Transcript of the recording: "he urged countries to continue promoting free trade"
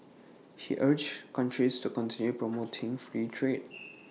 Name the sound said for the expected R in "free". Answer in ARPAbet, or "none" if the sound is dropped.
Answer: R